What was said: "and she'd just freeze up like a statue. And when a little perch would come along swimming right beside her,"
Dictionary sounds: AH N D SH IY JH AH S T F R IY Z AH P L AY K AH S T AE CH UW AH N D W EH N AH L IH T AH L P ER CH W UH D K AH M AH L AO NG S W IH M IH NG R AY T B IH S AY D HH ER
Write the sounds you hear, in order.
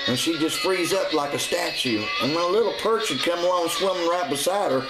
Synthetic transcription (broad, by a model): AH N SH IY JH AH S T F R IY Z AH P L AY K AH S T AE CH UW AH N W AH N AH L IH T L P ER CH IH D K AH M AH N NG S W IH M IH NG R AY T B IH S AY D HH ER